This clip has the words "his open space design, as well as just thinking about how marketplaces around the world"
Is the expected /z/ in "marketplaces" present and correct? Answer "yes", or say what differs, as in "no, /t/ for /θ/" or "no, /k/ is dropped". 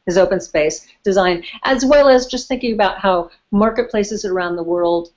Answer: yes